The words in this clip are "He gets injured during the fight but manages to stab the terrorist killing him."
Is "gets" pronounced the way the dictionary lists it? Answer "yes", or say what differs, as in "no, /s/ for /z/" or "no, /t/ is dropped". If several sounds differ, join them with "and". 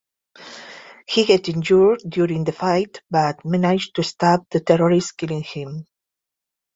no, /s/ is dropped